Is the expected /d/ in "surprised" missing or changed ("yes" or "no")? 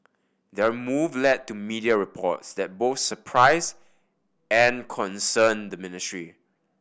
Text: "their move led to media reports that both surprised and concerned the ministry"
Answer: yes